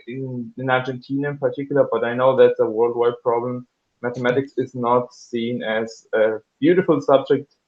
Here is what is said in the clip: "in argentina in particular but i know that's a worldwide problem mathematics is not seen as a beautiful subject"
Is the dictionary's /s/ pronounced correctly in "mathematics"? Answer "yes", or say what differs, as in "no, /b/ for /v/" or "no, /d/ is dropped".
yes